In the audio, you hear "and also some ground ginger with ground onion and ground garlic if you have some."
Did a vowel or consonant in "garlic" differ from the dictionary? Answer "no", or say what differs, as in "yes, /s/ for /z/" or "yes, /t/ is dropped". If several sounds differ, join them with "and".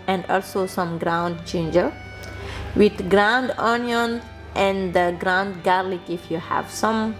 no